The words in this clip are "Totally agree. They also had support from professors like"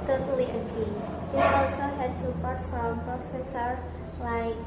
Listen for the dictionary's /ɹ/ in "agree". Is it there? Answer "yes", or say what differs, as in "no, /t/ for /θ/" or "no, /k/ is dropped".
no, /ɹ/ is dropped